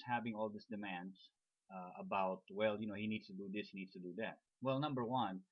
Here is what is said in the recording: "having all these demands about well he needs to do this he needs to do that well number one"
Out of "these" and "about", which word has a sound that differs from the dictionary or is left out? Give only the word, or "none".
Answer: these